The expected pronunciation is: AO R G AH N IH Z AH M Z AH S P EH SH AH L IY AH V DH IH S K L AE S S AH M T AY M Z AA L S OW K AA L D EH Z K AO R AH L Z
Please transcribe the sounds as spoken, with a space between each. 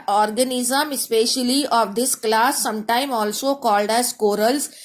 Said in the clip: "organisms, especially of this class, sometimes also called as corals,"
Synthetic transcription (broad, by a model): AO R G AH N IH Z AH M AH S P EH SH AH L IY AH V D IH S K L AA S S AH M T AY M AA L S OW K AA L D EH Z K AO R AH L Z